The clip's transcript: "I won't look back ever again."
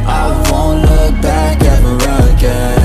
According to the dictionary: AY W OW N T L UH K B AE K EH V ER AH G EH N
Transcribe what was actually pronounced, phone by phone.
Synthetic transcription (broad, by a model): AY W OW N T L UH K B AE K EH ER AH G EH